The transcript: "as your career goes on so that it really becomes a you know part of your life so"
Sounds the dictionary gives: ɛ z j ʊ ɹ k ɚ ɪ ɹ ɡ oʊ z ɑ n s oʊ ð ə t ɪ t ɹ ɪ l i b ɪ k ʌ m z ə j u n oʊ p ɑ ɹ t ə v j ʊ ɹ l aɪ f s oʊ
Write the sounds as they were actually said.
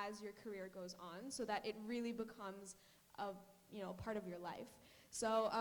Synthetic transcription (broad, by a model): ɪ z j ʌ ɹ k ɚ ɪ ɹ ɡ oʊ z n s oʊ ð ə t ɪ t ɹ ɪ l i b ɪ k ʌ m z ə j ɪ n oʊ p ɑ ɹ t ə v j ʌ ɹ l aɪ f s oʊ